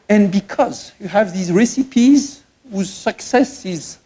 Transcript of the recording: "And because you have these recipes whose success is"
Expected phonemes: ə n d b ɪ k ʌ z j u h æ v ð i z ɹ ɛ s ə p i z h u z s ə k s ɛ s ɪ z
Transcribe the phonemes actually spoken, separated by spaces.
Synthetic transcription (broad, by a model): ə n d b ɪ k ʌ z j u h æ v ð i z ɹ ɛ s ə p i z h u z s ə k s ɛ s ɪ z